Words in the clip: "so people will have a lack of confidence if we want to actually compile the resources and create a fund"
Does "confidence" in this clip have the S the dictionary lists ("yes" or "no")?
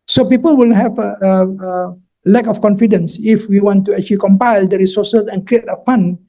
yes